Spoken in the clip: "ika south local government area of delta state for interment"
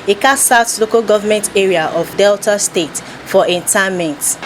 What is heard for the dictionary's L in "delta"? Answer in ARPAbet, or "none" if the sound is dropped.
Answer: L